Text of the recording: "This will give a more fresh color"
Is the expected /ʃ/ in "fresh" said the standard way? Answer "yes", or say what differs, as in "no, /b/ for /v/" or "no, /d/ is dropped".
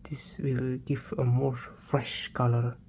yes